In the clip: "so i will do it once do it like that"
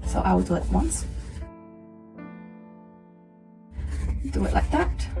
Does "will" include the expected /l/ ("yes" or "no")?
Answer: no